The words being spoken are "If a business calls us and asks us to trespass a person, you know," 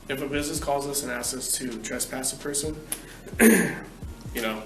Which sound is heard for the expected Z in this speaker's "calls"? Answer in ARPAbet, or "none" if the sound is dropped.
Z